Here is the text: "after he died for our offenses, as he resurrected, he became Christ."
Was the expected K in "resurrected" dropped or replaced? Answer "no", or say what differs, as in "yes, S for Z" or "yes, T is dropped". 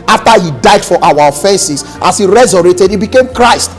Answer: yes, K is dropped